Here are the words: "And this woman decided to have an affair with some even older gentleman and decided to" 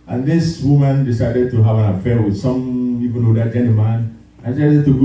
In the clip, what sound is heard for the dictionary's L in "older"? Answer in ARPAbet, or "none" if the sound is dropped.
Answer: none